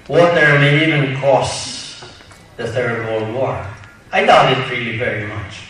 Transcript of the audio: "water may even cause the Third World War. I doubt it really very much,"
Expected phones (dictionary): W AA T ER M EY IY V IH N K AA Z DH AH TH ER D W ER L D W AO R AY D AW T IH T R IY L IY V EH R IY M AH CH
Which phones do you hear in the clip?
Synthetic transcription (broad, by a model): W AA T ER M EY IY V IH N K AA S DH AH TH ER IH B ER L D W AO R AY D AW IH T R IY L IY V EH R IY M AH CH